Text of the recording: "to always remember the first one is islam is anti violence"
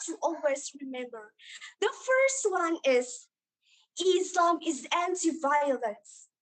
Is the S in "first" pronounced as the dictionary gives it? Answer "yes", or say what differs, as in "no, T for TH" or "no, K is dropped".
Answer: yes